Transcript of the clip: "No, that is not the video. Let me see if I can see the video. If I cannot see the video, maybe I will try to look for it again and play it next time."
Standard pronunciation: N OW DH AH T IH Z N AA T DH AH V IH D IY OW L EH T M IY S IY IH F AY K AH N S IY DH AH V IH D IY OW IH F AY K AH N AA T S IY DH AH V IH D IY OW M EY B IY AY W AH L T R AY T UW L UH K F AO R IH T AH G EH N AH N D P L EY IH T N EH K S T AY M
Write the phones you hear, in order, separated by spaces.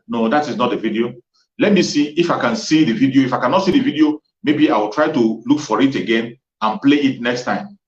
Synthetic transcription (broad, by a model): N OW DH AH T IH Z N AA T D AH V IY D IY OW L EH T M IY S IY IH F AY K AH N S IY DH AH V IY D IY OW IH F AY K AH N AA T S IY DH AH V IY D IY OW M EY B IY AY W AH L T R AY T UW L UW K F AO R IH T AH G EH N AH N P L EY IH T N EH K S T AY M